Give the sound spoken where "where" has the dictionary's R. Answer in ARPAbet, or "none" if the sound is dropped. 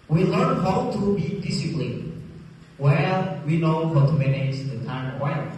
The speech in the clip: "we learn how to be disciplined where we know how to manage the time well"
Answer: L